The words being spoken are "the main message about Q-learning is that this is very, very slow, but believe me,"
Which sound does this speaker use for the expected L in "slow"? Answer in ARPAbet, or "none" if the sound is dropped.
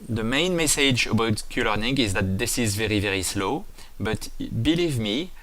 L